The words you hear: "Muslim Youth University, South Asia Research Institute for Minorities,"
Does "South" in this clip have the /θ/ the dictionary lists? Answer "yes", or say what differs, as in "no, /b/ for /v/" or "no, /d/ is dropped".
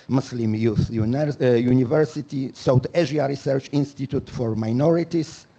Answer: no, /t/ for /θ/